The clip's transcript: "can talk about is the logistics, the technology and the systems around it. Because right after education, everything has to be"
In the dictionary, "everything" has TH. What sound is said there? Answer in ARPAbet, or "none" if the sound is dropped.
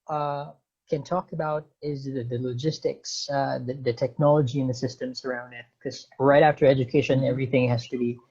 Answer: TH